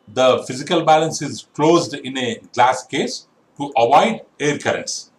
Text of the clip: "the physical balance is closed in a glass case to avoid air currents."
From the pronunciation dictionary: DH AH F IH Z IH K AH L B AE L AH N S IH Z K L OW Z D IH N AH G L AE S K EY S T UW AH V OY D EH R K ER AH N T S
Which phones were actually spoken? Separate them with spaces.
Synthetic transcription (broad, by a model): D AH F IH Z IH K AH L B AE L AH N S IH Z K L OW Z D IH N AH G L AE S K EY S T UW AH V OY D EH R K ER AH N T S